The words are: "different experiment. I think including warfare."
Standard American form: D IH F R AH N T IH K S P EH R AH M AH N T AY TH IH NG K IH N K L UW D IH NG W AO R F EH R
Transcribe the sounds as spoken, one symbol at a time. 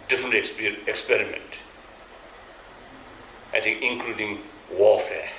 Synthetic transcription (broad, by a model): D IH F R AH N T IH K S P EH R AH M AH N T AY T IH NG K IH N K L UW D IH NG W AO F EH